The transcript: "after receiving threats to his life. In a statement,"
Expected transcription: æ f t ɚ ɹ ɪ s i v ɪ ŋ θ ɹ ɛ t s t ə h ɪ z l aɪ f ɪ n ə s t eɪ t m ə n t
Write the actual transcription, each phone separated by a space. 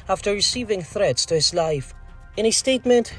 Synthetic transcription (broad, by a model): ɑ f t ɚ ɹ ɪ s i v ɪ ŋ θ ɹ ɛ t s t ə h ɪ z l aɪ f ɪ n ə s t eɪ t m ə n t